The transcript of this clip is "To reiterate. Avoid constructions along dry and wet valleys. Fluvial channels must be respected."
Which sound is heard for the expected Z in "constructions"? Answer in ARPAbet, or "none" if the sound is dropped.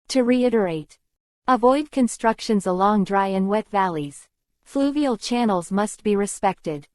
Z